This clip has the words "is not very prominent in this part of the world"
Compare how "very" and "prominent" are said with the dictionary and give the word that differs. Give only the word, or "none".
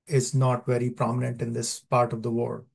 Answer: none